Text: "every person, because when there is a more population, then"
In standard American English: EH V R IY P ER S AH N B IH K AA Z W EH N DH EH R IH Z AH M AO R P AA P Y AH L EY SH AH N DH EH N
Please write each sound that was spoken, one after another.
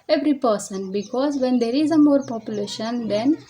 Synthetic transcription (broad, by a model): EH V R IY P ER S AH N B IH K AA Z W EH N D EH R IH Z AH M AO R P AA P Y AH L EY SH AH N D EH N